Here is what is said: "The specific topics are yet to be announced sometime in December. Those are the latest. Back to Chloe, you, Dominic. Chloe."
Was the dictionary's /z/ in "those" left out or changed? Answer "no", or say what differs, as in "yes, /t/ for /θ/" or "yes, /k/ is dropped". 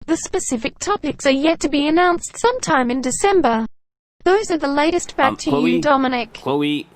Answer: no